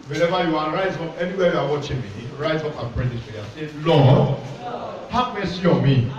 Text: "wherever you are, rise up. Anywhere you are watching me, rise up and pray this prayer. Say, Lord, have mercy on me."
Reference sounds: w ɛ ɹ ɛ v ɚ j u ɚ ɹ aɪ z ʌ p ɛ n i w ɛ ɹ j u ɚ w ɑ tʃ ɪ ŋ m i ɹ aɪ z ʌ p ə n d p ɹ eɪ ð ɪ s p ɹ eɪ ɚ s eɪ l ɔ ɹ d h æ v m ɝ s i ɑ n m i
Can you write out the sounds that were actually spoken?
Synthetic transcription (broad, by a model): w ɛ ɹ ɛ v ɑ j u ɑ ɹ aɪ z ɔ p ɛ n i w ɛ j u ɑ w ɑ tʃ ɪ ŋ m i ɹ aɪ z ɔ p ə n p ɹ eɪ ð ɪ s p l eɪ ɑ s eɪ l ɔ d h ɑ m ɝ s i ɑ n m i